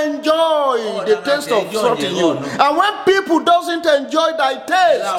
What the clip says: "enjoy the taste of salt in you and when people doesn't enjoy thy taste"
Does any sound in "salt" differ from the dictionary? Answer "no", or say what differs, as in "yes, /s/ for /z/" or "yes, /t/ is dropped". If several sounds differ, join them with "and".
yes, /l/ is dropped